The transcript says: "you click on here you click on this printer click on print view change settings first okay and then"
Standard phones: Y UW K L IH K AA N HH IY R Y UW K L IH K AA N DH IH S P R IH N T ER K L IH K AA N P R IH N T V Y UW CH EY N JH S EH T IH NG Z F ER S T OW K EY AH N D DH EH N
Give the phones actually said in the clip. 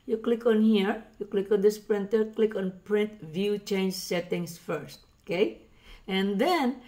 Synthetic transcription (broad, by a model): Y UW K L IH K AA N HH IY R Y UW K L IH K AA N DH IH S P R IH N T ER K L IH K AA N P R IH N T V Y UW CH EY N JH S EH T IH NG S F ER S T OW K EY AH N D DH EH N